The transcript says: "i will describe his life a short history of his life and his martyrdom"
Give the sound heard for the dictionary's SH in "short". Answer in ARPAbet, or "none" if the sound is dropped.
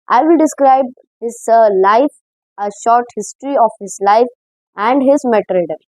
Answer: SH